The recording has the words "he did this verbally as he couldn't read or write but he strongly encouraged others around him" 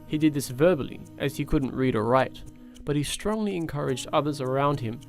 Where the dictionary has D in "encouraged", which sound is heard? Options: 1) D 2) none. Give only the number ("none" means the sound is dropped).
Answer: 1